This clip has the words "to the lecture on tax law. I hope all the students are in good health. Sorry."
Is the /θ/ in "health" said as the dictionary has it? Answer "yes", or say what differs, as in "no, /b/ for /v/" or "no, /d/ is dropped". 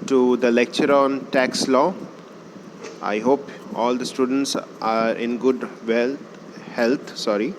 no, /t/ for /θ/